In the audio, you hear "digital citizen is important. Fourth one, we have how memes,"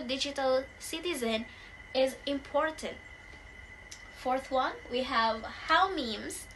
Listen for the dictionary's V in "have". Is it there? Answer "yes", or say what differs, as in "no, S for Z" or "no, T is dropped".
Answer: yes